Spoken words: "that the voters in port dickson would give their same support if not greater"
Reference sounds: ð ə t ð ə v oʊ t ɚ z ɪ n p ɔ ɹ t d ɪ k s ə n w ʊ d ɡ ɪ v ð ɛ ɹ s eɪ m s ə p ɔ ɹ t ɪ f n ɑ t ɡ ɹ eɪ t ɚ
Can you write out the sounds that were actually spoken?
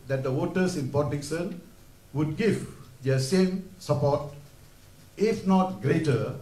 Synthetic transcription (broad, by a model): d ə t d ə w oʊ t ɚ s ɪ n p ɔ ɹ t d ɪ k s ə n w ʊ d ɡ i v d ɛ s eɪ m s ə p ɔ t ɪ f n ɑ t ɡ ɹ eɪ t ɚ